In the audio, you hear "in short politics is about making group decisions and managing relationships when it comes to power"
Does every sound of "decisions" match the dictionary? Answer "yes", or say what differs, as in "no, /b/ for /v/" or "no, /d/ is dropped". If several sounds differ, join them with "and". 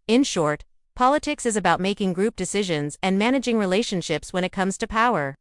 yes